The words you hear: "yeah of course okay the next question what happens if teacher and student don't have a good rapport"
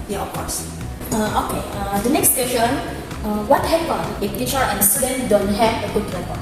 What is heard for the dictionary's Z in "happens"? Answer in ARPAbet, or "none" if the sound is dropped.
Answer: none